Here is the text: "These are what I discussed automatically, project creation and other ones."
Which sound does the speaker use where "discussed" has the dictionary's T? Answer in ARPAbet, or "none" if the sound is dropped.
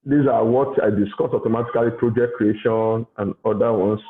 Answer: none